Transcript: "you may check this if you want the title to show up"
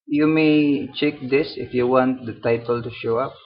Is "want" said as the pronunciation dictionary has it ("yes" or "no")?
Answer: yes